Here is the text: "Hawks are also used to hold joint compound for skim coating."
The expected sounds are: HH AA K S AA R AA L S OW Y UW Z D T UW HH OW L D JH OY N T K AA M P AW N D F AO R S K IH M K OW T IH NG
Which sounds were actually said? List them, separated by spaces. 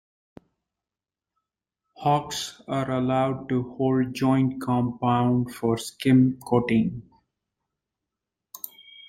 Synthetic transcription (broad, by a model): HH AA K S AA R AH L AA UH D T UW HH OW L D JH OY N T K AA M P AW N D F AO R S K IH M K OW T IH NG